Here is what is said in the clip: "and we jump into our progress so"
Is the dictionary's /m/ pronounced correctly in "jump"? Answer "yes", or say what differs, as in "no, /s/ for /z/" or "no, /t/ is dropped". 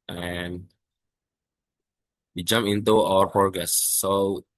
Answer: yes